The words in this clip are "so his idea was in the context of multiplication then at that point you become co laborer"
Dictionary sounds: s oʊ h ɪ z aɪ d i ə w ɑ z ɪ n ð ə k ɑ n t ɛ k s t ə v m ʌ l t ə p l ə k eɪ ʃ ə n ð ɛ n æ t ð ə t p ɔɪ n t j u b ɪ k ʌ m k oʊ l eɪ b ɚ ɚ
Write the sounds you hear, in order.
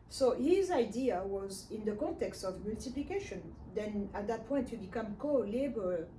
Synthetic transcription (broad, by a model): s oʊ h ɪ z aɪ d i ə w ɑ z ɪ n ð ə k ɑ n t ɛ k s t ə v m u l t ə p l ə k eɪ ʃ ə n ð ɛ n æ t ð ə t p ɔɪ n t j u b ɪ k ʌ m k oʊ l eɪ b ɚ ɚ